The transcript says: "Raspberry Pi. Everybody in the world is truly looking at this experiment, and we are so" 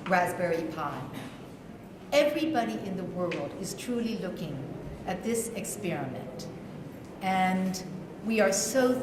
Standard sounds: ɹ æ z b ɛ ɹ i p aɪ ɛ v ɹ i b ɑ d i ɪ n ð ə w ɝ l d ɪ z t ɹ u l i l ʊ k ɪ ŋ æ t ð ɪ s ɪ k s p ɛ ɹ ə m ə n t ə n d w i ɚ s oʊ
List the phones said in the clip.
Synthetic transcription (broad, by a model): ɹ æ z b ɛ ɹ i p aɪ ɛ v ɹ i b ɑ d i ɪ n ð ə w ɝ l d ɪ z t ɹ u l i l ʊ k ɪ ŋ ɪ t ð ɪ s ɪ k s p ɛ ɹ ə m ə n t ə n w i ɚ s oʊ